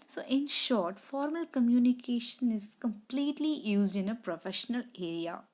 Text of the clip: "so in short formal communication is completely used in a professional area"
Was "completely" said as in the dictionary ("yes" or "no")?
yes